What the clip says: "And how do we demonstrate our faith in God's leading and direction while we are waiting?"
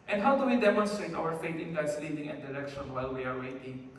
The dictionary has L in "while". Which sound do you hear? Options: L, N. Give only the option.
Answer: L